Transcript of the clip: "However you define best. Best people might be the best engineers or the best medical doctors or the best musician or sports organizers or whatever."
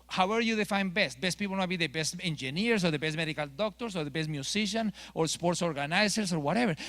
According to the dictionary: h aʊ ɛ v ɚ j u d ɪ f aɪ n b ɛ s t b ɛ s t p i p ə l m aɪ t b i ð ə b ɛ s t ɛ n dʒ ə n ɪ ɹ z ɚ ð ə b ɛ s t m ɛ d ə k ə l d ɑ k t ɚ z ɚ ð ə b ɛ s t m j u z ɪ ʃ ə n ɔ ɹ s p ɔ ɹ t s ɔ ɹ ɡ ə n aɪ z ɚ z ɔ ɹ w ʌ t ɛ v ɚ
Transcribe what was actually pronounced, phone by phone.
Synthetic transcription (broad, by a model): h aʊ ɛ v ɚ j u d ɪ f aɪ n b ɛ s t b ɛ s t p i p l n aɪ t b i ð ə b ɛ s t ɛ n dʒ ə n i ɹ s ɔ ð ə b ɛ s t m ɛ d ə k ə l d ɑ k t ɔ s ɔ ð ə b ɛ s t m j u s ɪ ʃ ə n ɔ ɹ s p ɔ ɹ t s ɔ ɹ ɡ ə n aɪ s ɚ s ɔ ɹ w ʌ t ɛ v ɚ